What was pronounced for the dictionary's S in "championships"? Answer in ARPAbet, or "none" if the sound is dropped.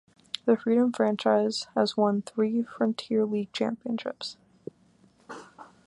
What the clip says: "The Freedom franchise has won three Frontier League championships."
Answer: S